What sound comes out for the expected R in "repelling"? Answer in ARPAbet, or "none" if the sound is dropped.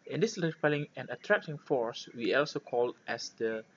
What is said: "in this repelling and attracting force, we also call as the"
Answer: L